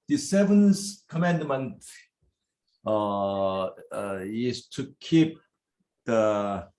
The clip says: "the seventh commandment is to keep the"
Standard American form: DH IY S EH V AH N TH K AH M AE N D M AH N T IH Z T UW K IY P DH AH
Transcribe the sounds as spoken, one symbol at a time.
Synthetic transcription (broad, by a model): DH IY S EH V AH N S K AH M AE N D M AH N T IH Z T UW K IY P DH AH